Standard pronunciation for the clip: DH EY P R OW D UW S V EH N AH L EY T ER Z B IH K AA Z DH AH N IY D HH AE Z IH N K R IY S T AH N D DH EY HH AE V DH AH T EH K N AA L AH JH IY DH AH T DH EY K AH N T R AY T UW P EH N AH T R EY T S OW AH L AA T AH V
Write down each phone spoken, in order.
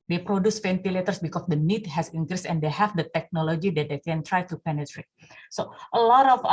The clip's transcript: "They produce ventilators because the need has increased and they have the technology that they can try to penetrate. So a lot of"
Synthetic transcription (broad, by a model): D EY P R OW D UW S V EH N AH L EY T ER S B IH K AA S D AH N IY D HH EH S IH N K R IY S AH N D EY HH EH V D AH T EH K N AA L AH JH IY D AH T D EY K AH N T R AY T UW P EH N AH T R EY T S OW AH L AA T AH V